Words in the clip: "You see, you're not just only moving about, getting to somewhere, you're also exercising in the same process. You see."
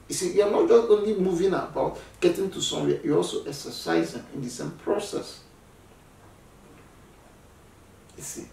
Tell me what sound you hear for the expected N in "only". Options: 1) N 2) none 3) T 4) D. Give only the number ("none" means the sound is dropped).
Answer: 1